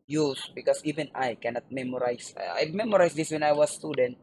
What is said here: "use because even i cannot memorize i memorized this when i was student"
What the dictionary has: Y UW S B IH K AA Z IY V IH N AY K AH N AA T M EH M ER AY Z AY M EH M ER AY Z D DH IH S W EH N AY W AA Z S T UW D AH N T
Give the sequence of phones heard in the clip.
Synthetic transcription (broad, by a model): Y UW S B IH K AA S IY V IH N AY K AH N AA T M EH M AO AY S AY M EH M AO AY S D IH S W EH N AY W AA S T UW D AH N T